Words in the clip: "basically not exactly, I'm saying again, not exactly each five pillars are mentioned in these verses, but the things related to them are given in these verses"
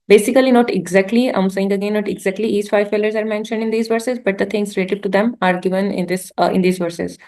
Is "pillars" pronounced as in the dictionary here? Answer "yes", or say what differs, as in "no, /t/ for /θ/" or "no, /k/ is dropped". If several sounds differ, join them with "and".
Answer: no, /f/ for /p/